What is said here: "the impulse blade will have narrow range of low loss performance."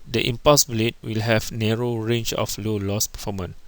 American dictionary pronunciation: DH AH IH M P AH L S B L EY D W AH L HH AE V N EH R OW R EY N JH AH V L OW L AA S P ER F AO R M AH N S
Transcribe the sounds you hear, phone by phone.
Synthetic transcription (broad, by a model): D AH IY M P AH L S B L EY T W AH L HH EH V N EH R OW R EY N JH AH F L OW L AA S P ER F AO M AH N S